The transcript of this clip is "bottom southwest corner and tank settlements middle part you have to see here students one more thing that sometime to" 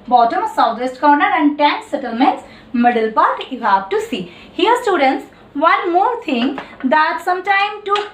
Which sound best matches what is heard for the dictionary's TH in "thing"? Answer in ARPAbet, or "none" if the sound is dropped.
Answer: T